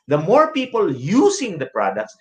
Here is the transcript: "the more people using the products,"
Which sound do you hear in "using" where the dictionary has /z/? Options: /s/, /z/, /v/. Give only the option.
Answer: /s/